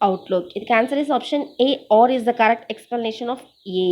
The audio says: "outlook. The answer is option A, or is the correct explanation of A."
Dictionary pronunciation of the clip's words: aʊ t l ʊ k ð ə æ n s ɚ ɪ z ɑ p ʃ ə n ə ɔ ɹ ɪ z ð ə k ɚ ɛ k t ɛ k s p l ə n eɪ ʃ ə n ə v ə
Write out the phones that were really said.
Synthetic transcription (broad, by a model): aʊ t l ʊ k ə æ n s ɚ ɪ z ɑ p ʃ ə n ə ɔ ɹ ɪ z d ə k ɚ ɛ k t ɛ k s p l ə n eɪ ʃ ə n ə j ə